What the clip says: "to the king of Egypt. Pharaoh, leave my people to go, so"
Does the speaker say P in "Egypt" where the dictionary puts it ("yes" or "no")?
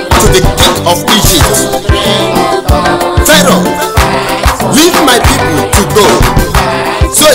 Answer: no